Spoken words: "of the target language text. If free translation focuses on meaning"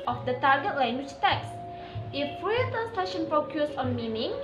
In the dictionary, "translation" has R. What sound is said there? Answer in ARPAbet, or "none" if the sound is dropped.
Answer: none